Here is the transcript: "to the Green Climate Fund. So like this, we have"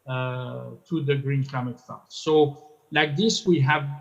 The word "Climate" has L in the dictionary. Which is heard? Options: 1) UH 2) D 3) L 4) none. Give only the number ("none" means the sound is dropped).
4